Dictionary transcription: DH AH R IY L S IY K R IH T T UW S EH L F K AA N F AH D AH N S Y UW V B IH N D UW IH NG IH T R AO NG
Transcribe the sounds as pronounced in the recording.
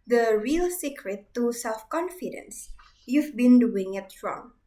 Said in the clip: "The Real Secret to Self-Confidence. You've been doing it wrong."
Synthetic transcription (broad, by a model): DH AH R IY L S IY K R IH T T UW S EH L F K AA N F AH D AH N S Y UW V B IH N D UW IH NG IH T R AO NG